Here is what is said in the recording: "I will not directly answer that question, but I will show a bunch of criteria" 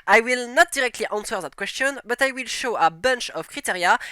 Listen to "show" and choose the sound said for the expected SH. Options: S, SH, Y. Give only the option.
SH